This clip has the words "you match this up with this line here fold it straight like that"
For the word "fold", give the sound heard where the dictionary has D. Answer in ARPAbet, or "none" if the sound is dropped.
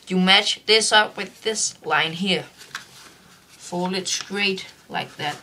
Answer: none